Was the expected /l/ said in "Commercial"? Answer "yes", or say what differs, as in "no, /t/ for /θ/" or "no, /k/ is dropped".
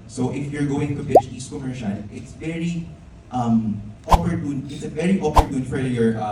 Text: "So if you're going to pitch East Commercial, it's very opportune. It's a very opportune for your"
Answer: no, /n/ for /l/